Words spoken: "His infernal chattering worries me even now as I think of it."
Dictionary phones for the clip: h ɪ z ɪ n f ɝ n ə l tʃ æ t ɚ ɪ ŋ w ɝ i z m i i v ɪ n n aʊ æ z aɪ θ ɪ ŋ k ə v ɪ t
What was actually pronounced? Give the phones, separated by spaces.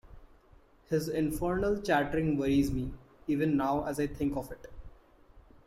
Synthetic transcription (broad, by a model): h ɪ z ɪ n f ɝ n ə l tʃ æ t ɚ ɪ ŋ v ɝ i z m i i v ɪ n n aʊ æ z aɪ t ɪ ŋ k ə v ɪ t